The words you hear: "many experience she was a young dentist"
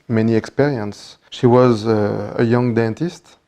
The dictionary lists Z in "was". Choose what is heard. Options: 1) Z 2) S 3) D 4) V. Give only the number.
1